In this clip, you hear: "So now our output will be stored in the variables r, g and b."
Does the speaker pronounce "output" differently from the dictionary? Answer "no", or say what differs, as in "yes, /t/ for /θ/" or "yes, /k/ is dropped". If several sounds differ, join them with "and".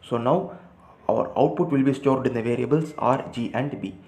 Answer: no